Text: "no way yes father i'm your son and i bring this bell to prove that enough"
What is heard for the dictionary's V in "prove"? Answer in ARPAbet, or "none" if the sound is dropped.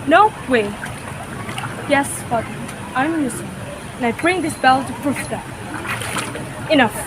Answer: F